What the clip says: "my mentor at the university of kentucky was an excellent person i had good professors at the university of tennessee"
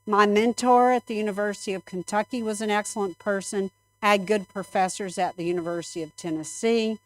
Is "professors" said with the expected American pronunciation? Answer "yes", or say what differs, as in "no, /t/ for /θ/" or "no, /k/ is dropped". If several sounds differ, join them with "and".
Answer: yes